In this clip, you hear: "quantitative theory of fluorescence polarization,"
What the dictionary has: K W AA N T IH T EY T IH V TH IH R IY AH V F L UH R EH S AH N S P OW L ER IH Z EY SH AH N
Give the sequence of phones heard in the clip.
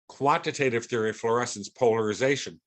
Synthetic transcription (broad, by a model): K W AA N T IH T EY T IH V TH IH R IY F L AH R EH S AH N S P OW L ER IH Z EY SH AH N